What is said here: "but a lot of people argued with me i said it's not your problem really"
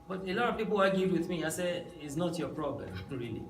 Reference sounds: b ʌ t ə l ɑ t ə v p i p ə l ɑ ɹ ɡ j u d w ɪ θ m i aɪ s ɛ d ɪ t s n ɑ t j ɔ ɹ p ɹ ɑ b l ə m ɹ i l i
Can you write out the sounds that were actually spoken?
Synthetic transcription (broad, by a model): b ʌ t ə l ɑ t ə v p i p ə w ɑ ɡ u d w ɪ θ m i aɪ s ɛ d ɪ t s n ɑ t j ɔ p ɹ ɑ b l ə m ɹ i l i